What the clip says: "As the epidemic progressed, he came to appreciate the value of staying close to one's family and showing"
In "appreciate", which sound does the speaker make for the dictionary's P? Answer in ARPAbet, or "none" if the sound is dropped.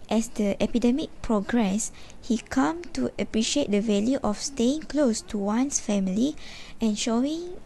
P